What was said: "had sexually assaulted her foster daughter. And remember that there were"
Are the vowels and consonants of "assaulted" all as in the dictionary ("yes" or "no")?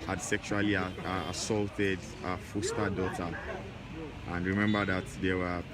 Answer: yes